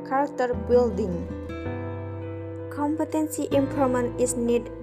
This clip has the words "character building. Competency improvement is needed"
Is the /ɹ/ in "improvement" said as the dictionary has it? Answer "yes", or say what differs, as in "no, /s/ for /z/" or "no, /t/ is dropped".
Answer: no, /ɹ/ is dropped